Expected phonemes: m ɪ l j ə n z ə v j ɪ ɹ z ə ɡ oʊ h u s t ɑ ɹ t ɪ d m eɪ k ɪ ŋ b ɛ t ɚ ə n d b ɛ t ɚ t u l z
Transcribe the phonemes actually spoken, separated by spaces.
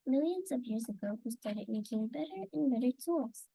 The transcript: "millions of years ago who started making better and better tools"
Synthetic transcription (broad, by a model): m ɪ l j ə n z ə v j ɪ ɹ z ə ɡ oʊ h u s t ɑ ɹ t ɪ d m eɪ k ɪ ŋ b ɛ t ɚ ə n b ɛ t ɚ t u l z